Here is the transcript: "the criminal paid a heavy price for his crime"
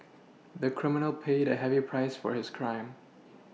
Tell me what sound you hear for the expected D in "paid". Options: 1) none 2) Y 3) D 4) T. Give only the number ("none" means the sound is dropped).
3